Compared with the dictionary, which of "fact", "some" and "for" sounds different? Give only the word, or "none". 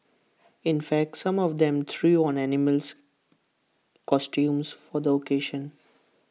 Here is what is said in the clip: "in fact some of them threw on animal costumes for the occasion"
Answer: none